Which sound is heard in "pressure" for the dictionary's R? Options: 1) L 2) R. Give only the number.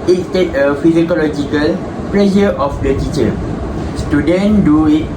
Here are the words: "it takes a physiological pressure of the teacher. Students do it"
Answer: 1